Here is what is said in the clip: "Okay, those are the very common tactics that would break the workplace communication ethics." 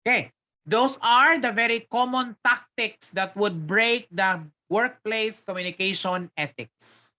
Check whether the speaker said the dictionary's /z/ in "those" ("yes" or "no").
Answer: no